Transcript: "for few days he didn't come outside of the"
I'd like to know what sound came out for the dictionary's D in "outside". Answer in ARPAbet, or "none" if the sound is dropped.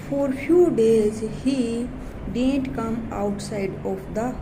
D